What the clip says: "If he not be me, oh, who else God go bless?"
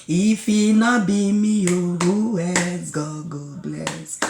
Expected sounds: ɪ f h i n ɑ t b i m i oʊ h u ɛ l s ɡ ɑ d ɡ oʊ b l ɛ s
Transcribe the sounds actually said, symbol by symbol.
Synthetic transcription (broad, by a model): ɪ f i n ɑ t b i m i oʊ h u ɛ s ɡ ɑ ɡ oʊ b l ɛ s